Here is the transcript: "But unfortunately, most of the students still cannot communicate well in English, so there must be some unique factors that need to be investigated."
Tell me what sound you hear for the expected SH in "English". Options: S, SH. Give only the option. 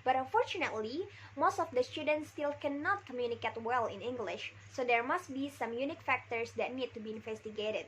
SH